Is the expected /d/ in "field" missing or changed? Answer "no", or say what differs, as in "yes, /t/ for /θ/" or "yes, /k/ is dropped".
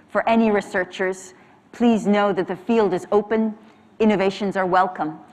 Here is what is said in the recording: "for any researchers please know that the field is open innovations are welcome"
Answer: no